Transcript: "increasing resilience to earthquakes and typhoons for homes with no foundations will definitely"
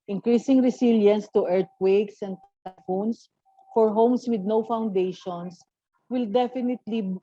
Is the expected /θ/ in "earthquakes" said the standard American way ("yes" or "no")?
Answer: no